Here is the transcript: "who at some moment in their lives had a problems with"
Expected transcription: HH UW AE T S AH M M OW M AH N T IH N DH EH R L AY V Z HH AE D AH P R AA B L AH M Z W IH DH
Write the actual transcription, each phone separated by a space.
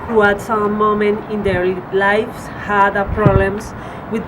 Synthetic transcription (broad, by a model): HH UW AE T S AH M M OW M AH N T IH N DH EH R L AY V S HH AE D AH P R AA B L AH M S W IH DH